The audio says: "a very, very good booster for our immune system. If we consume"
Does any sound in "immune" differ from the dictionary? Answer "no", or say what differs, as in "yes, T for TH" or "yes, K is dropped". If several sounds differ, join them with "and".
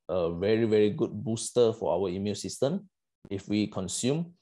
yes, L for N